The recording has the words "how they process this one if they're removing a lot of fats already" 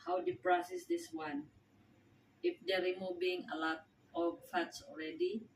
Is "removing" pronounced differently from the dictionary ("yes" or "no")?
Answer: yes